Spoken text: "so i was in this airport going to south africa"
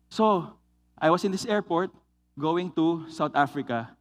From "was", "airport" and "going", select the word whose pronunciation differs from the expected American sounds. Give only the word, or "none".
was